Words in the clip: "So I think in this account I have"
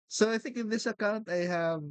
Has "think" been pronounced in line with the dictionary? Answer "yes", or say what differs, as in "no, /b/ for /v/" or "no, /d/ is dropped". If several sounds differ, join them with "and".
yes